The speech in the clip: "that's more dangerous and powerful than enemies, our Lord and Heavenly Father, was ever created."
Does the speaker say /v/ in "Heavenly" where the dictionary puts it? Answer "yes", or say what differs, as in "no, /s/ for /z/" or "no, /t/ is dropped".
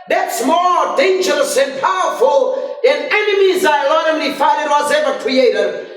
no, /f/ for /v/